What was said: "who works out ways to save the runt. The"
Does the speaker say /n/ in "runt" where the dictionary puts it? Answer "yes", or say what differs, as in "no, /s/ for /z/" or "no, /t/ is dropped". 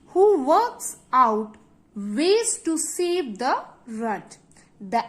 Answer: no, /n/ is dropped